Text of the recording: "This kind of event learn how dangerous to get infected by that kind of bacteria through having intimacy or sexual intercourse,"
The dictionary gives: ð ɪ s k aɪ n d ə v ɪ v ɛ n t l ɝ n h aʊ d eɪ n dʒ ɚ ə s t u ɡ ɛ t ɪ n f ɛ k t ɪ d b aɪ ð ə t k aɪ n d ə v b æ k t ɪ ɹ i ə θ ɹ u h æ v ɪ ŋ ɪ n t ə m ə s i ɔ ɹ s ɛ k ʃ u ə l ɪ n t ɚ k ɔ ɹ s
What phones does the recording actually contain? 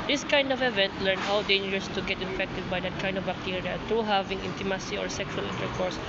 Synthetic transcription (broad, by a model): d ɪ s k aɪ n d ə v ɪ v ɛ n t l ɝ n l d eɪ n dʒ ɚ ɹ s t u ɡ ɛ t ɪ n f ɛ k t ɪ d b aɪ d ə t k aɪ n d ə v b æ k t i ɹ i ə t ɹ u h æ v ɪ ŋ ɪ n t ə m ə s i ɔ ɹ s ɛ k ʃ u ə l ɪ n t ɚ k ɔ ɹ s